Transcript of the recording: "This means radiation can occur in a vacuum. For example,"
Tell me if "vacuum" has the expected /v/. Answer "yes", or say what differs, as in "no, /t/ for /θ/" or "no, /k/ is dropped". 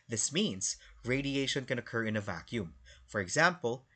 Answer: yes